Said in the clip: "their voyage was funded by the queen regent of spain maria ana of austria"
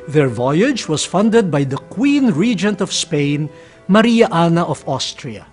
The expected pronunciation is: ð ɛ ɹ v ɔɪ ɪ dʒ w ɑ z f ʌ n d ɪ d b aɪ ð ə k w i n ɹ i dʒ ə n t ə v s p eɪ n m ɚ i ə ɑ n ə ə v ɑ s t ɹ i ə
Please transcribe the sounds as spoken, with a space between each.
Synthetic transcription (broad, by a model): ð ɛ ɹ v ɔɪ ɪ dʒ w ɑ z f ʌ n d ɪ d b aɪ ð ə k w i n ɹ i dʒ ə n t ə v s p eɪ n m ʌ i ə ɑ n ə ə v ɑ s t ɹ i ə